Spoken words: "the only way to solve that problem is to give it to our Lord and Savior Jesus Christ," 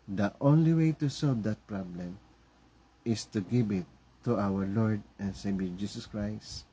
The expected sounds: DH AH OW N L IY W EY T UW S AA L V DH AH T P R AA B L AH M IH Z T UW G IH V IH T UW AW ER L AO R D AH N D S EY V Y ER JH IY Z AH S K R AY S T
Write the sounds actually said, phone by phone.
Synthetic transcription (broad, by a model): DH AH OW N L IY W EY T UW S AA L V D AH T P R AA B L AH M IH S T UW G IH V IH T UW AW ER L AO R D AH N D S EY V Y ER JH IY S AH S K R AY S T